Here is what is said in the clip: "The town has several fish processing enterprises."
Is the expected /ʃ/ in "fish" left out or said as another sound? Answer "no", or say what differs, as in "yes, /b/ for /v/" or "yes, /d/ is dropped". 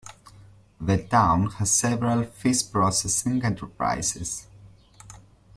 yes, /s/ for /ʃ/